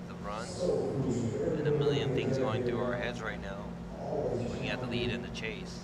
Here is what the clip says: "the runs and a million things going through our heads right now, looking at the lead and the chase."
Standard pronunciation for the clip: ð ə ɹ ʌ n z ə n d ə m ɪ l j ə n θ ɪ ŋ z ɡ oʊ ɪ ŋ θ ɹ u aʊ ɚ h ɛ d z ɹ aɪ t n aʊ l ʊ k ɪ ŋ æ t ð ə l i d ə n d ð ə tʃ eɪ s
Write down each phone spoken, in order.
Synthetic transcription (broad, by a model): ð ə ɹ ʌ n z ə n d ə m ɪ l j ə n θ ɪ ŋ z ɡ oʊ ɪ ŋ θ ɹ u aʊ ɚ h ɛ d z ɹ aɪ t n aʊ w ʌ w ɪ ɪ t ð ə l i d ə n ð ə tʃ eɪ s